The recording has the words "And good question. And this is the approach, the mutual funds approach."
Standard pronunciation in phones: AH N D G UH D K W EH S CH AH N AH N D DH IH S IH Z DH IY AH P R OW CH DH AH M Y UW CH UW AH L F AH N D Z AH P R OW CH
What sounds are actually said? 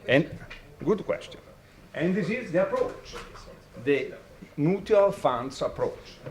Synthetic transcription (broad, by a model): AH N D G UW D K W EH S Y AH N AH N D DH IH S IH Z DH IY AH P R OW CH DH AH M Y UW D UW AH L F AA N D S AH P R OW CH